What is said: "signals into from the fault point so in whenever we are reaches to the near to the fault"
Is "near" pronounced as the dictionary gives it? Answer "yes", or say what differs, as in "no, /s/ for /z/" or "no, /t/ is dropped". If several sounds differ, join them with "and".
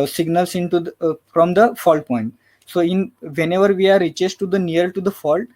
no, /l/ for /ɹ/